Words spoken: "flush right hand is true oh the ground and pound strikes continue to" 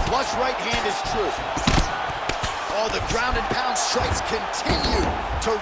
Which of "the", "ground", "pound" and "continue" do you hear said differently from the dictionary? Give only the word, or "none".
none